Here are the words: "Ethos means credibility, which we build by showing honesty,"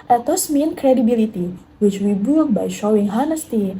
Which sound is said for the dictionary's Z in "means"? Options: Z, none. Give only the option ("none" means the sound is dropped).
none